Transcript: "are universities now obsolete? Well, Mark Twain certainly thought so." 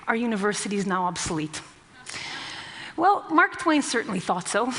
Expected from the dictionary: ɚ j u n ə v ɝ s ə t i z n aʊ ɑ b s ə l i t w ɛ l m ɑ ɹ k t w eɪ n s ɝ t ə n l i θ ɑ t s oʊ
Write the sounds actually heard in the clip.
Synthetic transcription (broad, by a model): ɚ j u n ə v ɝ s ə t i z n aʊ ɑ b s ə l i t w ɛ l m ɑ ɹ k t w eɪ n s ɝ t n l i θ ɑ t s oʊ